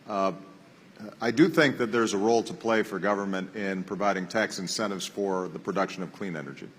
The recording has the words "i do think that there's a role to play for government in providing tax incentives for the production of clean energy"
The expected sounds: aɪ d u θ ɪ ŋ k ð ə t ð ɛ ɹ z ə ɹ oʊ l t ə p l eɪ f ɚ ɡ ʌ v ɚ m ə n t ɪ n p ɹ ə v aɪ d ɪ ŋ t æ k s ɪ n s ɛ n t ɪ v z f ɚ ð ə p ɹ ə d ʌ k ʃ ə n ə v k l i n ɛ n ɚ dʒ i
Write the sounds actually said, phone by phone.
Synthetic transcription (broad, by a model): aɪ d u θ ɪ ŋ k ð ə t ð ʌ ɹ z ə ɹ oʊ l t ə p l eɪ f ɚ ɡ ʌ v ɚ m ə n t ɪ n p ɹ ə v aɪ d ɪ ŋ t æ k s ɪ n s ɛ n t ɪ v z f ɚ ð ə p ɹ ə d ʌ k ʃ ə n ə v k l i n ɛ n ɚ dʒ i